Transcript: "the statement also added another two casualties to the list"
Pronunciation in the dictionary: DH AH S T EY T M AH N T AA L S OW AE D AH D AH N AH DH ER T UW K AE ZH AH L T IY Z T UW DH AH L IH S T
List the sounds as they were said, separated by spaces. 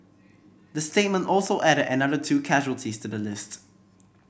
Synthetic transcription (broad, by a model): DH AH S T EY T M AH N T AA L S OW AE D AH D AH N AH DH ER T UW K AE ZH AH L T IY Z T UW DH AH L IH S T